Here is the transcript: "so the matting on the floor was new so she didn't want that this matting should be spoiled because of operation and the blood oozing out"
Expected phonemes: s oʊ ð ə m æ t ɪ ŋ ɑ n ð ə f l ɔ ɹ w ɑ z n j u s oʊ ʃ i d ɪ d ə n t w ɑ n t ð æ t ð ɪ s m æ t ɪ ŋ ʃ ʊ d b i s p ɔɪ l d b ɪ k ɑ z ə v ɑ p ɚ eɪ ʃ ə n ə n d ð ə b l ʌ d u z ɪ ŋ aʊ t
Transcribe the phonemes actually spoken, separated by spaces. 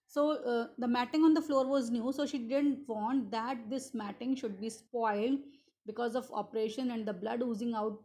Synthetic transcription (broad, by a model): s oʊ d ə m æ t ɪ ŋ ɑ n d ə f l ɔ ɹ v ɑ z n j u s oʊ ʃ i d ɪ d ə n t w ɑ n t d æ t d ɪ s m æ t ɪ ŋ ʃ ʊ d b i s p ɔɪ l d b ɪ k ɑ z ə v ɑ p ɚ eɪ ʃ ə n ə n d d ə b l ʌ d u z ɪ ŋ aʊ t